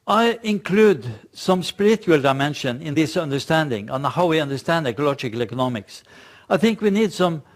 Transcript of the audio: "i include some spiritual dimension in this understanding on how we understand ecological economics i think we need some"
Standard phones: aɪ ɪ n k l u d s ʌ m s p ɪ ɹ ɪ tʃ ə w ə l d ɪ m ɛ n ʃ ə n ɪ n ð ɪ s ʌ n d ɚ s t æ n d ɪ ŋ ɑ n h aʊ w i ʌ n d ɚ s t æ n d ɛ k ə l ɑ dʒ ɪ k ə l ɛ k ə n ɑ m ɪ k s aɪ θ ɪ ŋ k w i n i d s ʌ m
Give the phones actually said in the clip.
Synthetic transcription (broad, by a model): aɪ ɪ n k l u d s ʌ m s p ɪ ɹ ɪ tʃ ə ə l d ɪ m ɛ n ʃ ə n ɪ n ð ɪ s ʌ n d ɚ s t æ n d ɪ ŋ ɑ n h aʊ w i ʌ n d ɚ s t æ n d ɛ k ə l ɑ dʒ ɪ k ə l ɛ k ə n ɑ m ɪ k s aɪ θ ɪ ŋ k w i n i d s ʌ m